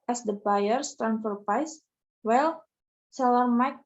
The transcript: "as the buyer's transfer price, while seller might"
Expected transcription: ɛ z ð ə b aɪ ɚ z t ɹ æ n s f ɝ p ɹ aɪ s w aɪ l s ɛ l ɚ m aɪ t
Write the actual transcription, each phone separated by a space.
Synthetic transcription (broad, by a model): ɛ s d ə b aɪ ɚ s t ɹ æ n f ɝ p aɪ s w aɪ l s ɛ l ɚ m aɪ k